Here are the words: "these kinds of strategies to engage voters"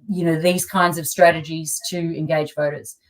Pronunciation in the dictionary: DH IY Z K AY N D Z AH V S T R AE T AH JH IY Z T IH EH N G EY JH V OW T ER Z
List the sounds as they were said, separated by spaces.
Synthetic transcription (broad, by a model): DH IY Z K AY N D Z AH V S T R AE T AH JH IY Z T IH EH N G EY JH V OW T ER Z